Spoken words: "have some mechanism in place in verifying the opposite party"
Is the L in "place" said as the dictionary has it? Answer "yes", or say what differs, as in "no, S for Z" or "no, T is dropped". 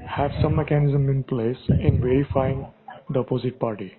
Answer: yes